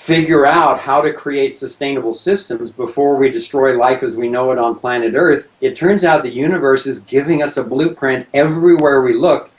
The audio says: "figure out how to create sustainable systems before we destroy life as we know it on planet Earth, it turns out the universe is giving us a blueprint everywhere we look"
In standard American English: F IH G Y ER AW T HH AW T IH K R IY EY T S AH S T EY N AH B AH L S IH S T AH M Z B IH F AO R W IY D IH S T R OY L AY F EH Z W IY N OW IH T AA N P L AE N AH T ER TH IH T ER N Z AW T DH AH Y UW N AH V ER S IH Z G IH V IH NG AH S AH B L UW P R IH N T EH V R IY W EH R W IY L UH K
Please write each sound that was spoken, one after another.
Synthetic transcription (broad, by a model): F IH G Y ER AW T HH AW T IH K R IY EY T S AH S T EY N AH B L S IH S T AH M Z B IH F AO R W IY D IH S T R OY L AY F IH Z W IY N OW IH T N P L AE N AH T ER TH IH T ER N Z AW T DH AH Y UW N AH V ER S IH Z G IH V IH NG AH S AH B L UW P R IH N T EH V R IY W EH R W IY L UH K